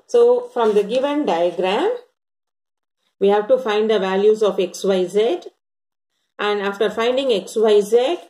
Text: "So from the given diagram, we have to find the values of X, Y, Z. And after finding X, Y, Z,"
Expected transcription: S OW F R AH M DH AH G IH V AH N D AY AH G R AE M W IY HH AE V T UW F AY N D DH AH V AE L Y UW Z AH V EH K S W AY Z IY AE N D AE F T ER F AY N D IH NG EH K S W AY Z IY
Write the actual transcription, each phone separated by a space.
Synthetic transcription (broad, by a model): S OW F R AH M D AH G IH V AH N D AY AH G R AE M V IY HH AE V T UW F AY N D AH V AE L Y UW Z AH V EH K S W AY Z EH AE N D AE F T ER F AY N D IH NG EH K S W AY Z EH